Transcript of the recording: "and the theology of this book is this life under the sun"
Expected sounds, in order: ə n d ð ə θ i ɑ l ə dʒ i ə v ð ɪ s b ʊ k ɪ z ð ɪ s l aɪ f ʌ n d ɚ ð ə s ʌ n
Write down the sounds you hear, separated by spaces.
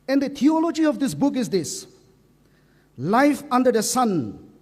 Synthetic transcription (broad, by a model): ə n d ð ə t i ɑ l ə dʒ i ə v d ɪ s b ʊ k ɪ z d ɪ s l aɪ f ʌ n d ɚ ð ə s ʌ n